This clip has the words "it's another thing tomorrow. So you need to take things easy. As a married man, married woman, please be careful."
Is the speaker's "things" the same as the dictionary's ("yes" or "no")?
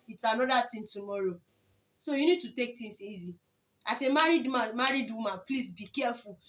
no